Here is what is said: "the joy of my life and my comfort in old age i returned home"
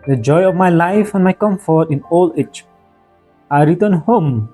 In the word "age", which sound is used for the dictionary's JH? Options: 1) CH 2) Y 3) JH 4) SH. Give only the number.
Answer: 1